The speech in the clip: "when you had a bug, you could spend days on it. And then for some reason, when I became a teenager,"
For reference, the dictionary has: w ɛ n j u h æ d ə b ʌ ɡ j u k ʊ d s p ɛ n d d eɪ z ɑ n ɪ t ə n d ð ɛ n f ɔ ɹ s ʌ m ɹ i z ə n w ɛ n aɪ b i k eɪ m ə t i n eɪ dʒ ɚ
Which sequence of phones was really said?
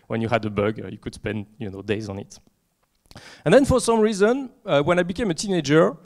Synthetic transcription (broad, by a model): w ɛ n j u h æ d ə b ʌ ɡ j u k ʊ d s p ɛ n d d eɪ z ɑ n ɪ t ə n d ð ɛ n f ɔ ɹ s ʌ m ɹ i z ə n w ɛ n aɪ b i k eɪ m ə t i n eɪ dʒ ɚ